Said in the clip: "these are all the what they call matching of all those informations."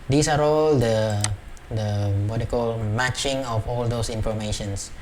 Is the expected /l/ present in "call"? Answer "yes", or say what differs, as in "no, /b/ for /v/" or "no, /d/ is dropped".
yes